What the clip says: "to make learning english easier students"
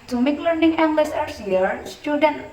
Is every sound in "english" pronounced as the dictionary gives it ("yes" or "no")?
no